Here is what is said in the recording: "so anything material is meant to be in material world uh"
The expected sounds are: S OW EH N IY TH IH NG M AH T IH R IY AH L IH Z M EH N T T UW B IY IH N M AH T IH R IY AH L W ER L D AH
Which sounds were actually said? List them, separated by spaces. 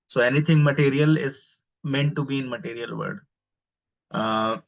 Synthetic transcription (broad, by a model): S OW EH N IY T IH NG M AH T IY R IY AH L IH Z M EH N T T UW B IY IH N M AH T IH R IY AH L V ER D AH